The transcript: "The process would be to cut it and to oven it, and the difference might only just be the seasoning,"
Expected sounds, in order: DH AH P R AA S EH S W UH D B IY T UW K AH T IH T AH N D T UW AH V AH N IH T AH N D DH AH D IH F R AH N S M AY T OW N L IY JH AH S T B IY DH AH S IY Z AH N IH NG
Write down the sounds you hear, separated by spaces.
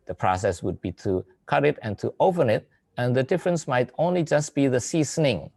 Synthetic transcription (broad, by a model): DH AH P R AA S EH S W UH D B IY T UW K AH T IH T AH N T UW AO P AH N IH T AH N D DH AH D IH F R AH N S M AY T OW N L IY JH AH S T B IY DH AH S IY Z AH N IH NG